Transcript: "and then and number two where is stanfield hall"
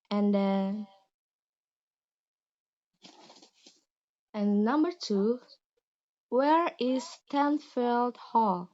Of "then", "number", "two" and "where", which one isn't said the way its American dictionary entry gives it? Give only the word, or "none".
then